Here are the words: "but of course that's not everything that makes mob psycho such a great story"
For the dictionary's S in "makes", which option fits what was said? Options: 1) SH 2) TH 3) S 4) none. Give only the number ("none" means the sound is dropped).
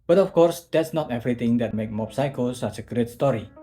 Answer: 4